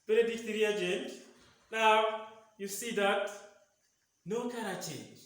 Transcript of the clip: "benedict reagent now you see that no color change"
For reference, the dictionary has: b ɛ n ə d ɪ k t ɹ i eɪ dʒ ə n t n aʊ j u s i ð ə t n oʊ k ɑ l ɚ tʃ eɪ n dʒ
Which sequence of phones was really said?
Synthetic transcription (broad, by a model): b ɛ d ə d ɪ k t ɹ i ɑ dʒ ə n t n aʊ j u s i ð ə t n oʊ k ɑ n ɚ tʃ eɪ n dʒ